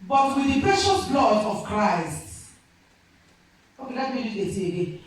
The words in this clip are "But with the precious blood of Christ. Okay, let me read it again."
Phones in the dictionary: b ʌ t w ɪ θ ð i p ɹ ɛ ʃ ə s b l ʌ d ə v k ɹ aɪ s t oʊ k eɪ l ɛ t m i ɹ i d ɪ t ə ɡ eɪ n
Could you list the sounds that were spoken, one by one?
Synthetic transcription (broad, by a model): b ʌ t w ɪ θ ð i p ɹ ɛ ʃ ə s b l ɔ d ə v k ɹ aɪ s t oʊ k eɪ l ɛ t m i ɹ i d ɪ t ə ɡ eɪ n